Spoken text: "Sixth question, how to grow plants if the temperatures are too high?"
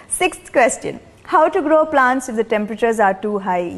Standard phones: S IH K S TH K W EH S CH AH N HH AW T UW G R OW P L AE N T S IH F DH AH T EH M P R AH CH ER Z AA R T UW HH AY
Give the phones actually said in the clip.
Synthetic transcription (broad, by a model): S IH K S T K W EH S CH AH N HH AW T UW G R OW P L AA N T S IH F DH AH T EH M P R AH CH ER Z AA R T UW HH AY